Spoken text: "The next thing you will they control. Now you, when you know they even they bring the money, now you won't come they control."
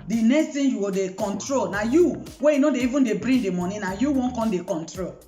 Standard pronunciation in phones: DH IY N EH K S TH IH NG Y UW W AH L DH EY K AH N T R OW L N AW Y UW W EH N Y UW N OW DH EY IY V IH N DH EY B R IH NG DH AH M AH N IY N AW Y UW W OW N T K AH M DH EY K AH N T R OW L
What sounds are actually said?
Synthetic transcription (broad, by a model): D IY N EH K S T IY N Y UW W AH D EY K AH N T R OW L N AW Y UW W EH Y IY N OW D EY IY V IH N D EY B R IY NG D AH M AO N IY N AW Y UW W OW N K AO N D EY K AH N T R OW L